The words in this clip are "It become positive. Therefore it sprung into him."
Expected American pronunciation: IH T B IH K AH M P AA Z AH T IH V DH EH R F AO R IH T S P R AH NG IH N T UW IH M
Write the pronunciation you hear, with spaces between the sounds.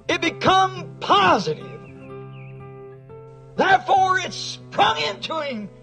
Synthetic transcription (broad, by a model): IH T B IH K AH M P AA Z AH T IH V DH EH R F AO R IH T S P R AH NG IH N T UW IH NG